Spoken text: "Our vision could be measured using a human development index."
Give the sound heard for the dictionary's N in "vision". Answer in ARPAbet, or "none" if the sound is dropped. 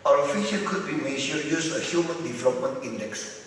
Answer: L